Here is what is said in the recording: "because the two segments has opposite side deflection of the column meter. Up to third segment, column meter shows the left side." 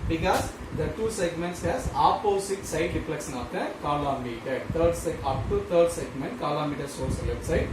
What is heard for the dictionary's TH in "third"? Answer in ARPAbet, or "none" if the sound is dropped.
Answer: T